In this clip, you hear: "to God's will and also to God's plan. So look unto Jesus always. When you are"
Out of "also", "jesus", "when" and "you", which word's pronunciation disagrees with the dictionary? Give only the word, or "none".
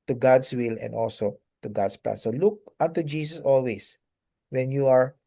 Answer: jesus